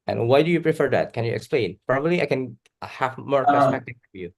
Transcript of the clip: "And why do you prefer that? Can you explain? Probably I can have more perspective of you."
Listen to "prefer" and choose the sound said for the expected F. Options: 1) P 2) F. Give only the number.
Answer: 2